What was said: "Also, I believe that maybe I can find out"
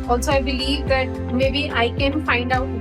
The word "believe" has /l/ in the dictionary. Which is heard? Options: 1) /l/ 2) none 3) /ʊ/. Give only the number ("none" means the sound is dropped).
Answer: 1